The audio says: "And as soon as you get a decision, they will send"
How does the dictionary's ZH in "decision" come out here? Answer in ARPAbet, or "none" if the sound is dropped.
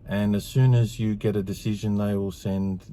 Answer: ZH